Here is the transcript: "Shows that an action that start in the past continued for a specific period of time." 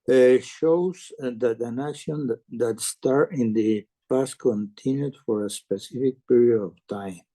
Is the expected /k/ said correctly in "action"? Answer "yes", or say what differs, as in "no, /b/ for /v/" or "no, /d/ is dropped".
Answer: no, /k/ is dropped